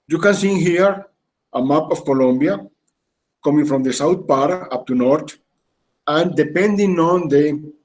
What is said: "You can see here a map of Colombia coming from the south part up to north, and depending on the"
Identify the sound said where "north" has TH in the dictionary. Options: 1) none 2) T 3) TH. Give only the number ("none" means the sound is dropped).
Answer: 2